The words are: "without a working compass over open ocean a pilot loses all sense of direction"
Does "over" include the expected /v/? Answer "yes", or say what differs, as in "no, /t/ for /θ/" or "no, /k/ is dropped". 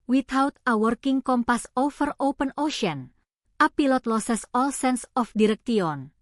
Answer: no, /f/ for /v/